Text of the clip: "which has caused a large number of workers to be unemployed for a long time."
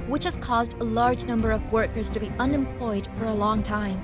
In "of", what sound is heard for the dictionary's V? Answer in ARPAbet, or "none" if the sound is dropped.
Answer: V